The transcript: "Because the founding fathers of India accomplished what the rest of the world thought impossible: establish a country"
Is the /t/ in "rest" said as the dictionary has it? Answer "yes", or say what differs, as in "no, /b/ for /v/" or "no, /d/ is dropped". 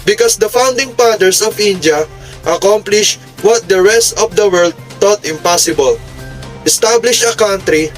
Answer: yes